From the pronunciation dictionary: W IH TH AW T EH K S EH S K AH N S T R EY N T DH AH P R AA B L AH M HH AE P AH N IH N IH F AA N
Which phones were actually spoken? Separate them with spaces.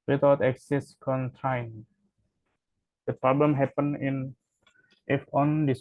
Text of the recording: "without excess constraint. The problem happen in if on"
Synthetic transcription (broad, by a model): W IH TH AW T EH K S EH S K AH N T AA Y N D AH P R AA B L AH M HH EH P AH N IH N IH F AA N